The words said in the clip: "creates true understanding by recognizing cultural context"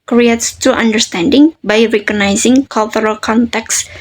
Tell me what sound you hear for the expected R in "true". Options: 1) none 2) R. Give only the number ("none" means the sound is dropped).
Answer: 1